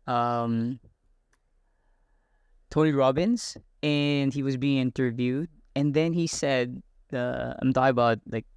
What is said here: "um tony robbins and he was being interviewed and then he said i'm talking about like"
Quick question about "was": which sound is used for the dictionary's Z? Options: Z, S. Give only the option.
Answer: Z